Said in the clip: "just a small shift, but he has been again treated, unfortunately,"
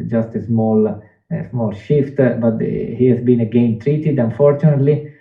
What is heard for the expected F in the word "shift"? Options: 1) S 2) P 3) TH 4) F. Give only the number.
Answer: 4